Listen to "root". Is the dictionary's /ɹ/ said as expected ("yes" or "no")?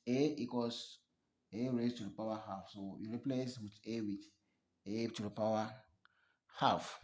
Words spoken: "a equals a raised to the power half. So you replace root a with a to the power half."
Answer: no